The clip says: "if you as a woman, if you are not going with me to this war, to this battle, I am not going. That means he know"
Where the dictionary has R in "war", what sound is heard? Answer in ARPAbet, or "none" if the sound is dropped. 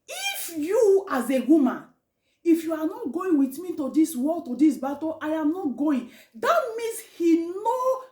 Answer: L